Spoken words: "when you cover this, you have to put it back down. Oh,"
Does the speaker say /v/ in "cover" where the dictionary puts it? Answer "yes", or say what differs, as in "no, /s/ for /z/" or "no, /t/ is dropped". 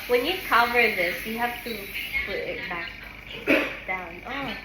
yes